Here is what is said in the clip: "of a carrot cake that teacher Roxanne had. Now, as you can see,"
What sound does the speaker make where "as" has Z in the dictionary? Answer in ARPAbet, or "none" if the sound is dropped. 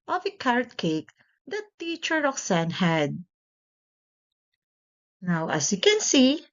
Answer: S